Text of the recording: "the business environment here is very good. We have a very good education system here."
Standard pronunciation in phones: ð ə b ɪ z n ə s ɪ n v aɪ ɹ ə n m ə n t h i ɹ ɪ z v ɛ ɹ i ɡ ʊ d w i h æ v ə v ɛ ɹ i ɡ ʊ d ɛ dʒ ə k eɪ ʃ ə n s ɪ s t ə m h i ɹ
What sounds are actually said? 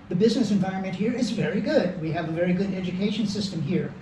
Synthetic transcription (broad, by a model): ð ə b ɪ z n ə s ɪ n v aɪ ɹ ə n m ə n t h i ɹ ɪ z v ɛ ɹ i ɡ ʊ d w i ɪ v ə v ɛ ɹ i ɡ ʊ d ɛ dʒ ə k eɪ ʃ ə n s ɪ s t ə m h i ɹ